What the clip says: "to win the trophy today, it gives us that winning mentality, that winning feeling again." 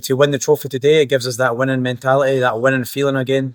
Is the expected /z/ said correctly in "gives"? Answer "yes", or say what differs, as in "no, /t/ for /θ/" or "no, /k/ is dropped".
yes